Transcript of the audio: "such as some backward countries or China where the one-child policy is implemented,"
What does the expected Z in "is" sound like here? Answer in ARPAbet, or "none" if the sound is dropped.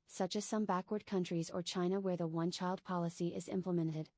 Z